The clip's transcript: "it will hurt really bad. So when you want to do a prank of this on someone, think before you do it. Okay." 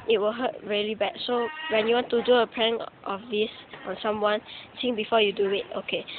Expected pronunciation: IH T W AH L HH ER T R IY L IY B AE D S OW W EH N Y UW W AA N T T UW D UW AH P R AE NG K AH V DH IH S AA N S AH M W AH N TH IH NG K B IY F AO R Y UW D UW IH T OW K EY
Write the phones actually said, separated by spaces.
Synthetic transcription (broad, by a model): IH T W AH L HH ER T R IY L IY B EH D S OW W EH N Y UW W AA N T T UW D UW AH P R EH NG AH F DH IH S AA N S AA M W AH N S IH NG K B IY F AO Y UW D UW IH T OW K EY